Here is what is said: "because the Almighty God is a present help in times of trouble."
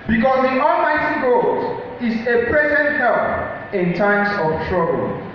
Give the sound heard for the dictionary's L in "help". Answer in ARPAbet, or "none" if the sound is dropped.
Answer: none